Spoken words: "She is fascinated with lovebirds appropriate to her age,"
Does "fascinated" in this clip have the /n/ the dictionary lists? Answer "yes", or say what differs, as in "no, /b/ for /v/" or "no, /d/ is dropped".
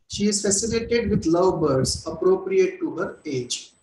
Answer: no, /l/ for /n/